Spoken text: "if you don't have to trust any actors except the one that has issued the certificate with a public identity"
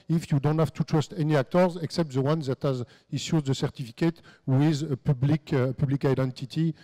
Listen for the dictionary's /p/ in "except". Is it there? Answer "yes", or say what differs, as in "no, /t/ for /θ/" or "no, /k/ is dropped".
yes